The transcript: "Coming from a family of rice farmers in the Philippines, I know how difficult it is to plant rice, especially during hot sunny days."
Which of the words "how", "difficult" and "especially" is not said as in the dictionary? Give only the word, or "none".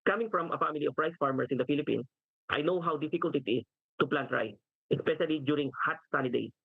none